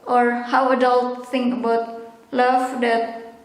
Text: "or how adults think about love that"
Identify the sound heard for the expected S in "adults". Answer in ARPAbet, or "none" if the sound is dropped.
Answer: none